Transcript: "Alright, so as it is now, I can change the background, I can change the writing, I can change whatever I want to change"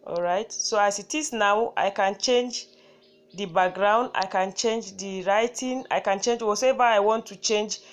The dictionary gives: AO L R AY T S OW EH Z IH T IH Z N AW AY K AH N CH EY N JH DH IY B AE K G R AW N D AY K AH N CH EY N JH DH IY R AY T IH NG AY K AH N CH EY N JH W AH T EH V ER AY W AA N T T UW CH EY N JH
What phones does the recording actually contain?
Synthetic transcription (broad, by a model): AO L R AY T S OW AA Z IH T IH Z N AW AY K AH N CH EY N JH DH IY B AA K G R AW N D AY K AH N CH EY N JH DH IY R AY T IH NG AY K AH N CH EY N JH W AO S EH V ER AY W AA N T T UW CH EY N JH